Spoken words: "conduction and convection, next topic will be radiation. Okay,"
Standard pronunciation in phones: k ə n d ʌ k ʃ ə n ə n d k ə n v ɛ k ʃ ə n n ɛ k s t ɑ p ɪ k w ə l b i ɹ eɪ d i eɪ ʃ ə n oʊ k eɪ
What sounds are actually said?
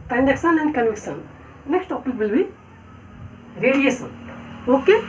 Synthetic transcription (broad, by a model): k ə n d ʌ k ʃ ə n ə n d k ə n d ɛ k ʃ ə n n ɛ k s t ɑ p ɪ k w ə l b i ɹ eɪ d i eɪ s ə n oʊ k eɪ